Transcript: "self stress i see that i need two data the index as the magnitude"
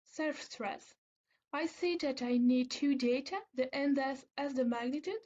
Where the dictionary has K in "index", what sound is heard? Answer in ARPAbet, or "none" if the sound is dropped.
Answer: none